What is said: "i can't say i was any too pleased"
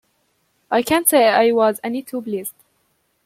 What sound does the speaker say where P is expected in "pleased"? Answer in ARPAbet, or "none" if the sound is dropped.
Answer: B